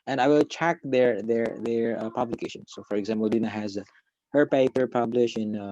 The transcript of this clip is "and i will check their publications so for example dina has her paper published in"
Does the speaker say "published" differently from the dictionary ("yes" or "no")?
yes